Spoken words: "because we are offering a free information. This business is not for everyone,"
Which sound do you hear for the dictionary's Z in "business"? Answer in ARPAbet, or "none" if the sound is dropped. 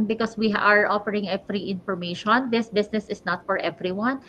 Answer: S